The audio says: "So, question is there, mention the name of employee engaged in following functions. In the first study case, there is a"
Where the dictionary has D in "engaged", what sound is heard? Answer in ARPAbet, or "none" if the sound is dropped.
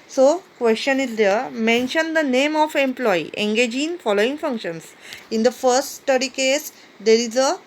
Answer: none